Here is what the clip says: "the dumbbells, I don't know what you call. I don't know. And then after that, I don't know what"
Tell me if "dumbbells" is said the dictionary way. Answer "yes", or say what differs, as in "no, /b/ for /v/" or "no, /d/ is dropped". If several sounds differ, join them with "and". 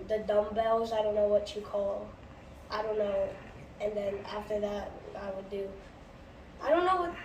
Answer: yes